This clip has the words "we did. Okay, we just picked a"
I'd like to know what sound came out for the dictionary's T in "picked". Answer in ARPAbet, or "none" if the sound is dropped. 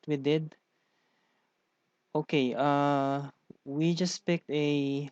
T